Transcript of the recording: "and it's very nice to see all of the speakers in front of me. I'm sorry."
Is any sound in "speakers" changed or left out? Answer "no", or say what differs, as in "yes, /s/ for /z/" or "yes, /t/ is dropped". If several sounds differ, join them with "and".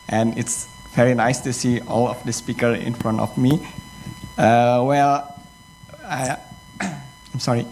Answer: yes, /z/ is dropped